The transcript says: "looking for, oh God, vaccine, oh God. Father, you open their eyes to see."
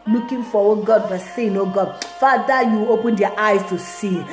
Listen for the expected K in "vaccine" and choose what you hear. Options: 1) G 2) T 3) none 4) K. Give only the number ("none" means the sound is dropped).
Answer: 3